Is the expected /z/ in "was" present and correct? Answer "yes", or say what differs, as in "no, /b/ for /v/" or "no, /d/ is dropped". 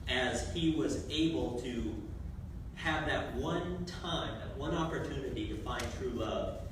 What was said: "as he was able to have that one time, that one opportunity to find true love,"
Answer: yes